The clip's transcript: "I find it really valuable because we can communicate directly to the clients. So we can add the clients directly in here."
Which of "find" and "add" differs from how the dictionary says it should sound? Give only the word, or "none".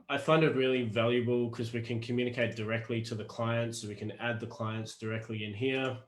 none